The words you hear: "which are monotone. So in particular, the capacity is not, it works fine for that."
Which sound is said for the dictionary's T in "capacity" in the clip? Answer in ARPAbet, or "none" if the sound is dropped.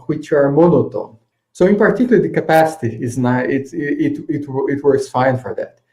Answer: T